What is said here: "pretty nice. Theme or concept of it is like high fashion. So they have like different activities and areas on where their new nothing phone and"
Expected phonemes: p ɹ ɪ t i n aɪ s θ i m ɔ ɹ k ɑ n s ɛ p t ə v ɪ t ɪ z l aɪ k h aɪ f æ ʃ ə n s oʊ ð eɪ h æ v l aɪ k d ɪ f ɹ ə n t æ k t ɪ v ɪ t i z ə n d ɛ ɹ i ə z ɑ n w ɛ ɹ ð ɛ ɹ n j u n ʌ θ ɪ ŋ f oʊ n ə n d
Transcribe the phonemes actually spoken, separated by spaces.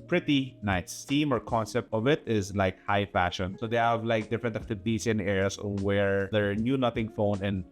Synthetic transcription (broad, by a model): p ɹ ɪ t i n aɪ s t i m ɔ ɹ k ɑ n s ɛ p t ə v ɪ t ɪ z l aɪ k h aɪ f æ ʃ ə n s oʊ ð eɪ h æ v l aɪ k d ɪ f ɹ ə n t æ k t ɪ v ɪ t i s ə n d ɛ ɹ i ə s ɑ n w ɛ ɹ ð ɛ ɹ n j u n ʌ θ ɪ ŋ f oʊ n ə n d